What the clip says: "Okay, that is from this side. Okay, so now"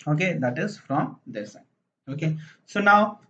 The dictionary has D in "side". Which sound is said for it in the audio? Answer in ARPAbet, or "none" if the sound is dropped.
none